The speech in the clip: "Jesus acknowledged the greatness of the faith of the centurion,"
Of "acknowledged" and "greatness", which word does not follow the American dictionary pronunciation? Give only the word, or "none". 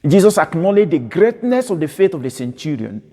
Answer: none